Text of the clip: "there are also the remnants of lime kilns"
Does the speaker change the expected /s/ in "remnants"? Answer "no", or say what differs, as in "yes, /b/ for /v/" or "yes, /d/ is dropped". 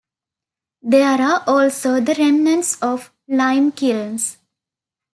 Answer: no